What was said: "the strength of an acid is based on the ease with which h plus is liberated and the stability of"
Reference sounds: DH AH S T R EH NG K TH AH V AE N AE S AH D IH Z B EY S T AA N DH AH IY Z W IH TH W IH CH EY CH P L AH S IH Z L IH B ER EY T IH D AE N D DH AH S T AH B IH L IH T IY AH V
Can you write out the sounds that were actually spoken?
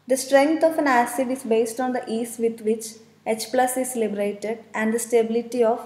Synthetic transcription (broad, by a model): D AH S T R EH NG K T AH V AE N AE S AH D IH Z B EY S T AA N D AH IY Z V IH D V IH CH EY CH P L AH S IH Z L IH B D EY T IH D AE N D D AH S T AH B IH L IH T IY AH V